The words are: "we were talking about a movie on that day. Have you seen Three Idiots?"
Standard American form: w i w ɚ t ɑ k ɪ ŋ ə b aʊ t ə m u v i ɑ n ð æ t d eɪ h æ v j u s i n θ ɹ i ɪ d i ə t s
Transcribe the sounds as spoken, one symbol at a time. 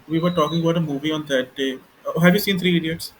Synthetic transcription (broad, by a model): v i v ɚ t ɑ k ɪ ŋ ə b aʊ t ə m u v i ɑ n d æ t d eɪ h æ v j u s i n t ɹ i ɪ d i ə t s